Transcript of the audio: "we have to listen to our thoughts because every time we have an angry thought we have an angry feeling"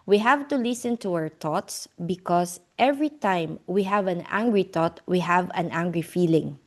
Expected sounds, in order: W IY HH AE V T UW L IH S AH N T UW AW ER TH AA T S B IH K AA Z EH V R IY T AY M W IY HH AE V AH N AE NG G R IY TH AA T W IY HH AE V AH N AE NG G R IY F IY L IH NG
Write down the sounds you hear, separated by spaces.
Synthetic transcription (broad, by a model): W IY HH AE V T UW L IH S AH N T UW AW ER T AA T S B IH K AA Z EH V R IY T AY M W IY HH AE V AH N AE NG G R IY T AA T W IY HH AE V AH N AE NG G R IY F IY L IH NG